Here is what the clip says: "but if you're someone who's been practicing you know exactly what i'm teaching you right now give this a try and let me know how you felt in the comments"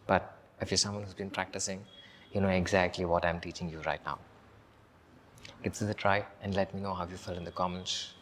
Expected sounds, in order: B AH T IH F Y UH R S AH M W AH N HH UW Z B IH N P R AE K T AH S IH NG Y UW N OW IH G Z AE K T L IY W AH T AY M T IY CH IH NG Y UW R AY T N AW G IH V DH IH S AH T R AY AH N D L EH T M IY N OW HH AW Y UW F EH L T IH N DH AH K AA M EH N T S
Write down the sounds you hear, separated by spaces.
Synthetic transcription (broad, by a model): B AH T IH F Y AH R S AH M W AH N HH UW Z B IH N P R AE K T AH S IH NG Y UW N OW IH G Z AE K T L IY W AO T AY M T IY CH IH NG Y UW R AY T N AW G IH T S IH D AH T R AY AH N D L EH T M IY N OW HH AW Y UW F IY L IH N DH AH K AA M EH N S